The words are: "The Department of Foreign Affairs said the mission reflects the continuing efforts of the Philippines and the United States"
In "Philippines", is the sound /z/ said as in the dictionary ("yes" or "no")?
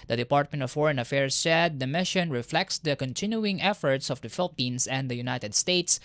no